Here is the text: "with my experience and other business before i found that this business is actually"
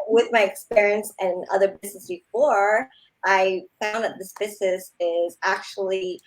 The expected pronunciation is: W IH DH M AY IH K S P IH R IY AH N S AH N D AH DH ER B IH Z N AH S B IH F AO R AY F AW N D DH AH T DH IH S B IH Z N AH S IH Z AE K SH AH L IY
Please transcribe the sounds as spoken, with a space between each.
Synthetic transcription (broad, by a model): W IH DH M AY IH K S P IH R IY AH N S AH N AH DH ER B IH Z N AH S B IH F AO R AY F AW N DH AH T DH IH S B IH Z N AH S IH Z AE K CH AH L IY